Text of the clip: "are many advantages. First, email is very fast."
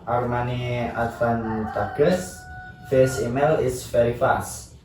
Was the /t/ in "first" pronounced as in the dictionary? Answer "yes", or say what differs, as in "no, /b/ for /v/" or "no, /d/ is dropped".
no, /t/ is dropped